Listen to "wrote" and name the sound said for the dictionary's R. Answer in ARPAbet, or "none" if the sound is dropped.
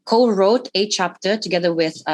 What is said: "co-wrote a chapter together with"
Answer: R